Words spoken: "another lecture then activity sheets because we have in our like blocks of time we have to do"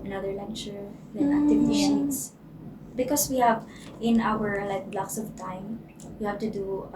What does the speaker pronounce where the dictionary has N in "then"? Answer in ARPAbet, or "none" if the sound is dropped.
none